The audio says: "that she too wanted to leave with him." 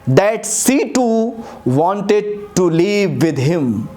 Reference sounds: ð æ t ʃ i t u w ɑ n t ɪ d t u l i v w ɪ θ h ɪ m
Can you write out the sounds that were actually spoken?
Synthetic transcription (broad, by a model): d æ t s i t u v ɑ n t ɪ d t u l i v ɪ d h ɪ m